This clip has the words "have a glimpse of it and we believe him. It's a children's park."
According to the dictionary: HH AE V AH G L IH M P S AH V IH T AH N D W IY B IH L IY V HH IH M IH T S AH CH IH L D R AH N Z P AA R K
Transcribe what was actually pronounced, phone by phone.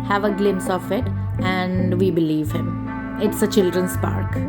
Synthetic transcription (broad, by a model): HH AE V AH G L IH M S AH F IH T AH N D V IY B IH L IY V HH IH M IH T S AH CH IH L D R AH N S P AA R K